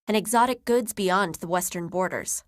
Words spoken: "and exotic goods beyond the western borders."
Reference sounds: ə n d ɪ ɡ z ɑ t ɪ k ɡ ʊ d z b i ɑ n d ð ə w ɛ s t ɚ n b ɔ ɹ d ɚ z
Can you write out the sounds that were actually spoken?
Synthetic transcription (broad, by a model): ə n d ɪ ɡ z ɑ t ɪ k ɡ ʊ d z b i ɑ n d ð ə w ɛ s t ɚ n b ɔ ɹ d ɚ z